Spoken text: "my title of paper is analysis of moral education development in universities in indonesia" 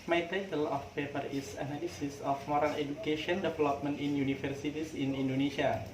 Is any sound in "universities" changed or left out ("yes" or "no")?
yes